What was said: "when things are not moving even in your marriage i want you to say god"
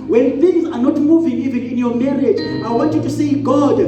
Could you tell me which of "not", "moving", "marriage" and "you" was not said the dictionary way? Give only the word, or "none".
none